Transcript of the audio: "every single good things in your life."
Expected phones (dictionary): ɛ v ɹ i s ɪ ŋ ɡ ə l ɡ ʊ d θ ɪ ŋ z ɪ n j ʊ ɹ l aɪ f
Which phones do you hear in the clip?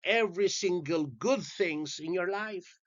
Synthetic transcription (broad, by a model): ɛ v ɹ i s ɪ ŋ ɡ ə l ɡ ʊ d θ ɪ ŋ z ɪ n j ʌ ɹ l aɪ f